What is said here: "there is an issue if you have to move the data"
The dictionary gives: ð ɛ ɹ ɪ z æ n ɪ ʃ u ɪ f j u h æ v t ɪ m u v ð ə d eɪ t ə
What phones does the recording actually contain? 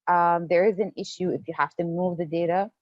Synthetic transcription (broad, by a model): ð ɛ ɹ ɪ z æ n ɪ ʃ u ɪ f j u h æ f t ɪ m u v ð ə d eɪ t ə